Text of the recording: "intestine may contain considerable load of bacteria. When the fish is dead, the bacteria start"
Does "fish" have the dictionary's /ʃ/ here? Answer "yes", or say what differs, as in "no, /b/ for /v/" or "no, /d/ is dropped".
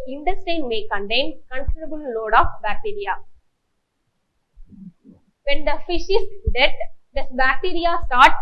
yes